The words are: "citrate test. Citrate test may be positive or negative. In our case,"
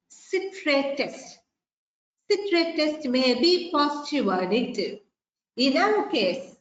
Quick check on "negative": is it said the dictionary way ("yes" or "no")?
no